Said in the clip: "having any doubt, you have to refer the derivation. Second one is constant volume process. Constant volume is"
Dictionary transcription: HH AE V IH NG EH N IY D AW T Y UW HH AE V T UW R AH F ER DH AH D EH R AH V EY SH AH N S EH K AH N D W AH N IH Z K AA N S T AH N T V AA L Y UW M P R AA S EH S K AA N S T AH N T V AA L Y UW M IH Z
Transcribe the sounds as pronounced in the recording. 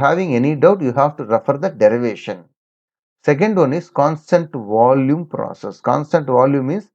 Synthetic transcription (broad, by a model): HH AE V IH NG EH N IY D AW T Y UW HH AE V T UW R AH F ER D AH D EH R AH V EY SH AH N S EH K AH N D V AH N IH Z K AA N S T AH N T V AA L Y UW M P R AA S EH S K AA N S T AH N T V AA L Y UW M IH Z